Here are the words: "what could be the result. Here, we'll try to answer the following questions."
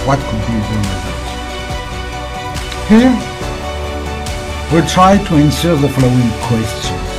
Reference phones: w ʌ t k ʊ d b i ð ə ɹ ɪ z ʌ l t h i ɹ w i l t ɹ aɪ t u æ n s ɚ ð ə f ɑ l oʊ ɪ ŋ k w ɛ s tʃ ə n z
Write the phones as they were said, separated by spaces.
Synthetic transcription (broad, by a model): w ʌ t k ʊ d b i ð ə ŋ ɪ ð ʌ t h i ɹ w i t ɹ aɪ t u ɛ n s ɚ ð ə f l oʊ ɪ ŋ k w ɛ s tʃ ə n